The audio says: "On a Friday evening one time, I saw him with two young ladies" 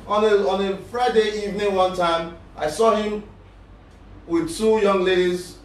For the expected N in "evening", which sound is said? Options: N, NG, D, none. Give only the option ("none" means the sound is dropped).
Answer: N